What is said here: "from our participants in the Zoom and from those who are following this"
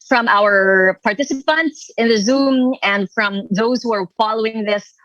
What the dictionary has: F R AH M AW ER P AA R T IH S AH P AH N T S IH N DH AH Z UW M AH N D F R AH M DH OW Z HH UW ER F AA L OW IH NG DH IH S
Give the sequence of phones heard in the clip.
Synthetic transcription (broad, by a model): F R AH M AW ER P AA R T IH S AH P AH N T S IH N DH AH Z UW M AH N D F R AH M DH OW Z HH UW ER F AA L OW IH NG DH IH S